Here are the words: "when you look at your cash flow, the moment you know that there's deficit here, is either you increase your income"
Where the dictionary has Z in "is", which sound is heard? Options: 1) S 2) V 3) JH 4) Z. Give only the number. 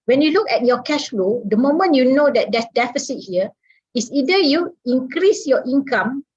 1